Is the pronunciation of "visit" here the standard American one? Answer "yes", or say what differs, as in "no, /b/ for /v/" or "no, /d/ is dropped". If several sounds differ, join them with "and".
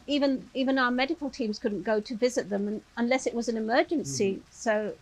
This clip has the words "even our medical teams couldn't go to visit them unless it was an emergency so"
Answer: yes